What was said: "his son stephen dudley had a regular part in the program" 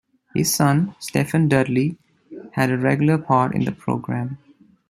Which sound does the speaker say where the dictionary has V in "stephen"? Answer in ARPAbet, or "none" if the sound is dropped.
F